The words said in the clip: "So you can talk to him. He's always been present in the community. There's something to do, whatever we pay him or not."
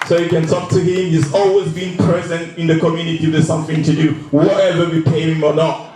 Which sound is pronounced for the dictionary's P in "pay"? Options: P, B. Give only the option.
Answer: P